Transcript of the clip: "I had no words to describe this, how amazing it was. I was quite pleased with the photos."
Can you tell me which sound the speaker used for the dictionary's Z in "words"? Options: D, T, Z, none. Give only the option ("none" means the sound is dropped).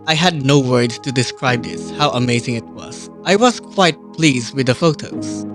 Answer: none